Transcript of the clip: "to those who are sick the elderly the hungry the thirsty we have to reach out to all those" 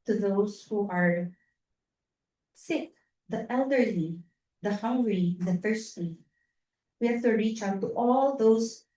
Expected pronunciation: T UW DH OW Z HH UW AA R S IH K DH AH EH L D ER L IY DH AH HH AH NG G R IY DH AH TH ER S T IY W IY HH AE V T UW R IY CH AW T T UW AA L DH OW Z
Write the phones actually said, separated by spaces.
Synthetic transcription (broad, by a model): T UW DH OW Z HH UW AA R S IH K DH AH EH L D ER L IY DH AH HH AH NG G R IY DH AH F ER S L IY W IY HH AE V T UW R IY CH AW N T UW AA L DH OW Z